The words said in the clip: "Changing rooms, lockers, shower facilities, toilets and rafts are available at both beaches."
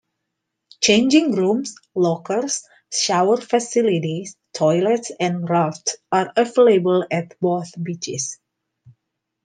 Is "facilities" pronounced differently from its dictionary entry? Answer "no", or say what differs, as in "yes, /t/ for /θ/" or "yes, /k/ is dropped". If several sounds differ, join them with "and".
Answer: yes, /s/ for /z/